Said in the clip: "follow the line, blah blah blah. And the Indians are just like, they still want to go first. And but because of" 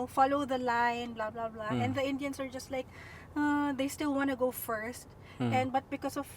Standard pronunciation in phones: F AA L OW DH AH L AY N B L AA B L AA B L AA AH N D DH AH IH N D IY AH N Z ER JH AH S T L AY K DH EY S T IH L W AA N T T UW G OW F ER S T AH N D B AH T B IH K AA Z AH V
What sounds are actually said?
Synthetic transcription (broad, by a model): F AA L OW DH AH L AY N B L AA B L AA B L AA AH N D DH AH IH N D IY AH N S ER JH AH S T L AY K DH EY S T IH L W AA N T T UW G OW F ER S T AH N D B AH T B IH K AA S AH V